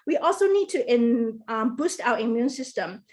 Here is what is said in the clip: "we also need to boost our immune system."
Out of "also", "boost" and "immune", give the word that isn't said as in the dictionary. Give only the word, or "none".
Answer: none